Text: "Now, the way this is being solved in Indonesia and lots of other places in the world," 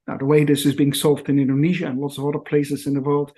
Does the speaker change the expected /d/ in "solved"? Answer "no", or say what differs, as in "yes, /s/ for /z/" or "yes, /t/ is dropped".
no